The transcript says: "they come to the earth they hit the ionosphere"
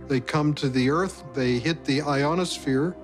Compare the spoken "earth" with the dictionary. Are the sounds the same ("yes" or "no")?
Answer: yes